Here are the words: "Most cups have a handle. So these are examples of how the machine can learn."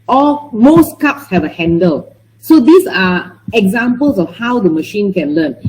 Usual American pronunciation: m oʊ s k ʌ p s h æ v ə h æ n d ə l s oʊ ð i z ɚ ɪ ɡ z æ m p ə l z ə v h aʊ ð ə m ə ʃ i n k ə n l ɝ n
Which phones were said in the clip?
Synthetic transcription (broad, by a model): m oʊ s k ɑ p s h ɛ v ə h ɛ n d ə l s oʊ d i s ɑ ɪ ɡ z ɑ m p ə l s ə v h aʊ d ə m ə ʃ i n k ə n l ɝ n